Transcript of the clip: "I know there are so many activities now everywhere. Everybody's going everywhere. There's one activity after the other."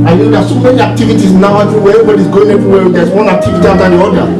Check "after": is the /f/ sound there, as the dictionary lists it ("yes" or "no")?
no